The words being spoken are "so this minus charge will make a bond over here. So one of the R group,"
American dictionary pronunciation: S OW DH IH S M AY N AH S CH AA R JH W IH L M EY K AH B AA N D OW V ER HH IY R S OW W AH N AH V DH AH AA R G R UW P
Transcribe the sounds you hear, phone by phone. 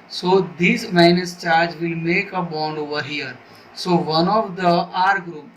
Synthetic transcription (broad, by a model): S OW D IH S M AY N AH S CH AA R JH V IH L M EY K AH B AA N D OW V ER HH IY R S OW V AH N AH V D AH AA R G R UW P